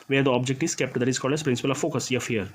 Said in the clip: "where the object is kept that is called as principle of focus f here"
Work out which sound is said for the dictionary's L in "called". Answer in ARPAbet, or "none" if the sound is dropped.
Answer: none